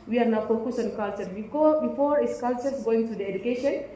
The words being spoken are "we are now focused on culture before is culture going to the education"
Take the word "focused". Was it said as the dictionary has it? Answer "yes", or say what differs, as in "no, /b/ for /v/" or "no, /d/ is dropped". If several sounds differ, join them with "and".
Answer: no, /t/ is dropped